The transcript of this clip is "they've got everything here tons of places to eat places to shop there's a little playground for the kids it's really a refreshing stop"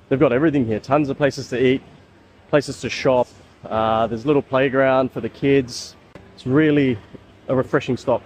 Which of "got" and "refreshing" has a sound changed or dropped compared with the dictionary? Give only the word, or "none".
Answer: none